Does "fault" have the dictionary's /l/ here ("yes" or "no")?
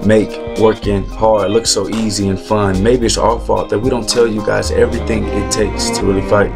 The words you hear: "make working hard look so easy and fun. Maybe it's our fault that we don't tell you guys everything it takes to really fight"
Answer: no